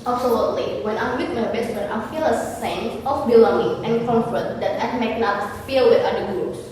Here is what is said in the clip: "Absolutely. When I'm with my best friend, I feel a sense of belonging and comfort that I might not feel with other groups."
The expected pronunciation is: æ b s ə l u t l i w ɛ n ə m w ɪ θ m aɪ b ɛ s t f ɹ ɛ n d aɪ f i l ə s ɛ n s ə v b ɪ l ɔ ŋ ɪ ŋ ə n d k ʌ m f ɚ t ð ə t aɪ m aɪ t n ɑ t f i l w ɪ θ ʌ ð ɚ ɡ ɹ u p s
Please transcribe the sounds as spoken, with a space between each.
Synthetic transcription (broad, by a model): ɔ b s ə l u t l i w ɛ n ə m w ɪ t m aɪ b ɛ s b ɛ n aɪ f i l ə s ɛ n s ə f b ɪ l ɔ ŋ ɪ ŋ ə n k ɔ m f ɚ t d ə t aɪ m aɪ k n ɑ t f i l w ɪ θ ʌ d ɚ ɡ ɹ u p s